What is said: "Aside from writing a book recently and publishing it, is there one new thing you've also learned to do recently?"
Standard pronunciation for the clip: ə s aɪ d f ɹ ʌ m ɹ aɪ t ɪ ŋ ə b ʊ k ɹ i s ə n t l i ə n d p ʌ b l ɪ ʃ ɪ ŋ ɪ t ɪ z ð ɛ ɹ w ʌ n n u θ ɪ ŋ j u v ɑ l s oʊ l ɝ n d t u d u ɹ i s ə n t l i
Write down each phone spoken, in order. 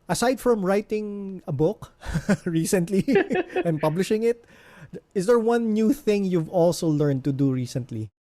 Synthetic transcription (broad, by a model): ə s aɪ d f ɹ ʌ m ɹ aɪ t ɪ ŋ ə b ʊ k ɹ i s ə n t l i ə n p ʌ b l ɪ ʃ ɪ ŋ ɪ t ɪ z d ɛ ɹ w ʌ n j u θ ɪ ŋ j u v ɑ l s oʊ l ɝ n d t u d u ɹ i s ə n t l i